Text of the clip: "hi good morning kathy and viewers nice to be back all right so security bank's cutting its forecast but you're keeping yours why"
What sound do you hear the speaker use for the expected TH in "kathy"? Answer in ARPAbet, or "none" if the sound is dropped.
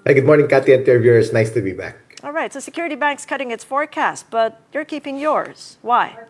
T